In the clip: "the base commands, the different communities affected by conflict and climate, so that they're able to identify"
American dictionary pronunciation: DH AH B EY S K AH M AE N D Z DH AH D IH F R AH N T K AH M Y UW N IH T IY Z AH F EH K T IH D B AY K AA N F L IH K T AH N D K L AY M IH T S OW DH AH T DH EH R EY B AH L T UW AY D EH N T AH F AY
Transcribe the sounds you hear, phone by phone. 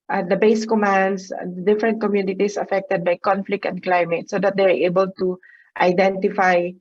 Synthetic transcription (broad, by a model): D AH B EY S K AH M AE N D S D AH D IH F R AH N T K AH M Y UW N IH T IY S AH F EH K T IH D B AY K AA N F L IH K T AH N D K L AY M IH T S OW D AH T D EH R EY B AH L T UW AY D EH N T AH F AY